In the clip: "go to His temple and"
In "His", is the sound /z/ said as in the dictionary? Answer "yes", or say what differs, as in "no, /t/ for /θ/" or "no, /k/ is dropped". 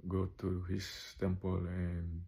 no, /s/ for /z/